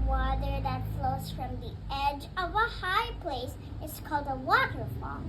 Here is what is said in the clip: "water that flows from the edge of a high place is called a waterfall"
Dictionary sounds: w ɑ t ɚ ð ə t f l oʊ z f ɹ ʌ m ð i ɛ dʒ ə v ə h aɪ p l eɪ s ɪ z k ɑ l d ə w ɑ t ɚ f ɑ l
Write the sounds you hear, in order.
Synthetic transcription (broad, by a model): w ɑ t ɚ ð ə t f l oʊ z f ɹ ʌ m ð i ɛ dʒ ə v ə h aɪ p l eɪ s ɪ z k ɑ l d ə w ɑ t ɚ f ɑ l